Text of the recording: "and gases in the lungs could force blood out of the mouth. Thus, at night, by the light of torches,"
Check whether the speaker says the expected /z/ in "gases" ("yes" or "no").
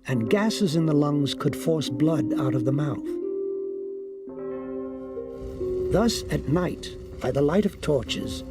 yes